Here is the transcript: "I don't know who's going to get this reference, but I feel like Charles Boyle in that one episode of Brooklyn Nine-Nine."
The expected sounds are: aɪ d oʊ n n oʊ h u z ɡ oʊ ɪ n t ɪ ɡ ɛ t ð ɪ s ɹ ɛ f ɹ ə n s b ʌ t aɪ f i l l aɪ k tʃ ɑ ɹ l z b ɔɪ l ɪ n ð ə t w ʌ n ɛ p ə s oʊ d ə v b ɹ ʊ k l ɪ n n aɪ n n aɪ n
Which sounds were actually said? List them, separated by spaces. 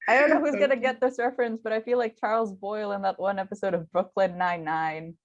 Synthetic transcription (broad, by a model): aɪ d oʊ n n oʊ h u z ɡ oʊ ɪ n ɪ ɡ ɛ t ð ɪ s ɹ f ɹ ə n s b ʌ t aɪ f i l l aɪ k tʃ ɑ ɹ l z b ɔɪ l ɪ n ð ə t w ʌ n ɛ p ə s oʊ d ə v b ɹ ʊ k l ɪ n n aɪ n n aɪ n